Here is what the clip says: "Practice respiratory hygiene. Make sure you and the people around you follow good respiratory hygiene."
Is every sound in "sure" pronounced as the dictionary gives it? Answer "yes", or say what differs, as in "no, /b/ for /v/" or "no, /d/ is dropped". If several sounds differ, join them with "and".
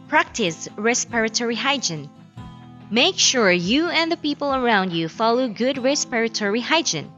yes